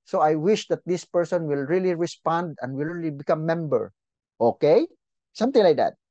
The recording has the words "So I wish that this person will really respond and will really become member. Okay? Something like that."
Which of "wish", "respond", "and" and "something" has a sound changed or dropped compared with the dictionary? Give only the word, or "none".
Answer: something